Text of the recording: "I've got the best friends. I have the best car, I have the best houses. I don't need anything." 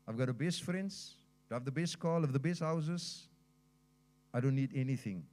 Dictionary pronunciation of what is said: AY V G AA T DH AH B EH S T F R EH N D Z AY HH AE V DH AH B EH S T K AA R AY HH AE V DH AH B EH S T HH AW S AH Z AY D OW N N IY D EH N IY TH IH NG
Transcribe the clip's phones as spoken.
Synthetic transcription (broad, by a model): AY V G AA T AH B EH S T F R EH N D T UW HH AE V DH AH B EH S T K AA L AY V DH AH B EH S T HH AW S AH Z AY D OW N N IY D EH N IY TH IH NG